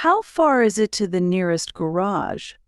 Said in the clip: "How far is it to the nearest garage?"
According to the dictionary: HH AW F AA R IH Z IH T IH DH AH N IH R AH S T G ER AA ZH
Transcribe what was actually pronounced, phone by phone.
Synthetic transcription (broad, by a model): HH AW F AA R IH Z IH T IH DH AH N IH R AH S T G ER AA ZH